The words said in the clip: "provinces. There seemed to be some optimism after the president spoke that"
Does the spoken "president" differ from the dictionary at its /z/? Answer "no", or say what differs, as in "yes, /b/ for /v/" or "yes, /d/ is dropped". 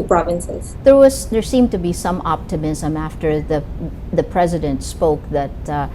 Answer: no